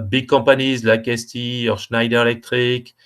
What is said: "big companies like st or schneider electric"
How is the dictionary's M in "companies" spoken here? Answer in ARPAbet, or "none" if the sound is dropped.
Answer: none